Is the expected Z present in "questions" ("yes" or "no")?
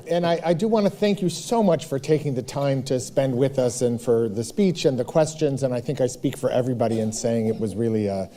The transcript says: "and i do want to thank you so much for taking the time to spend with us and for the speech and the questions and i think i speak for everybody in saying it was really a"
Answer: yes